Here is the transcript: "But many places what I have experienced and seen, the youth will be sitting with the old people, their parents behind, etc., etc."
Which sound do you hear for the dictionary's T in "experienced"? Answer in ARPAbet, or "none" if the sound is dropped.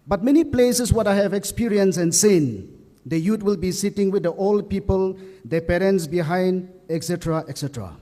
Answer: none